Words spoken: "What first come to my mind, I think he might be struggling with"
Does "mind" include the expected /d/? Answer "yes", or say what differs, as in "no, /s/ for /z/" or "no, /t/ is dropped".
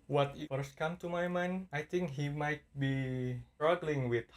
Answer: no, /d/ is dropped